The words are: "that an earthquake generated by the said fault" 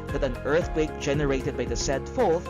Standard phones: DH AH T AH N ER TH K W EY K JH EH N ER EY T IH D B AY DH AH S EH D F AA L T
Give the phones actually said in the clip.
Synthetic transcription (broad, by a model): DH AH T AH N ER TH K W EY K JH EH N ER EY T IH D B AY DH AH S EH D F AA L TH